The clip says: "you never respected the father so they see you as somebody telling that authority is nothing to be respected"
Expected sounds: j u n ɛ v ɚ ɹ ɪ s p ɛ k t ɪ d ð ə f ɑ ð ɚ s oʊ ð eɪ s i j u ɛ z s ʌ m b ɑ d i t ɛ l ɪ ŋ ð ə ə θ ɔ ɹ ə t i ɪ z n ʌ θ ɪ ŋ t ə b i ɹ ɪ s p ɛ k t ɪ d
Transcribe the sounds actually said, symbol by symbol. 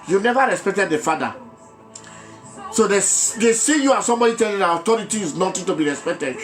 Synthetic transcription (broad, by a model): j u n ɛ v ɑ ɹ ɪ s p ɛ k t ɪ d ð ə f ɑ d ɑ s oʊ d eɪ s i j u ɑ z s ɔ m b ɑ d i t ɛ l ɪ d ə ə t ɔ ɹ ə t i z n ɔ t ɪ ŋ t ə b i ɹ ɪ s p ɛ k t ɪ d